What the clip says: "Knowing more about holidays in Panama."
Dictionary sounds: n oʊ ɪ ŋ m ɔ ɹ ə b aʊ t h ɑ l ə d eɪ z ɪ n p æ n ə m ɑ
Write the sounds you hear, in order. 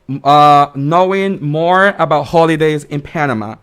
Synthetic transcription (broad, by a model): n oʊ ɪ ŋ m ɔ ɹ ə b aʊ t h ɑ l ə d eɪ z ɪ n p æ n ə m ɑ